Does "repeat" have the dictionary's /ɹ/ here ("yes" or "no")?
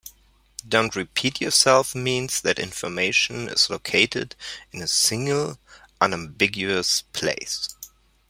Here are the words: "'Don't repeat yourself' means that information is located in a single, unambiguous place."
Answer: yes